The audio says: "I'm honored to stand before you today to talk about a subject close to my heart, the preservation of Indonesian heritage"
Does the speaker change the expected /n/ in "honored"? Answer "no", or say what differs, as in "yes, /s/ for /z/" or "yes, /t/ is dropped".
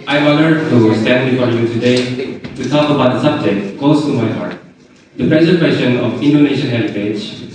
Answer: yes, /l/ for /n/